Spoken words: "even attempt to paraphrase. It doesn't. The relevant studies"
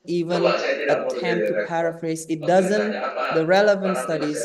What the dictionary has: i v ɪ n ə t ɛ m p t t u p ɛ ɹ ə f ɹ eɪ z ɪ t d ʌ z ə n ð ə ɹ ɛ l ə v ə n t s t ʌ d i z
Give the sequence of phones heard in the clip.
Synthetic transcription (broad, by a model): i v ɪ n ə t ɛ m p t t u p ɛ ɹ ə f ɹ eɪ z ɪ t d ʌ z ə n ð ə ɹ ɛ l ə v ə n t s t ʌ d i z